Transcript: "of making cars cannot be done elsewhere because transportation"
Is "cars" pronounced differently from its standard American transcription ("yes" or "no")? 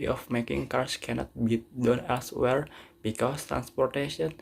yes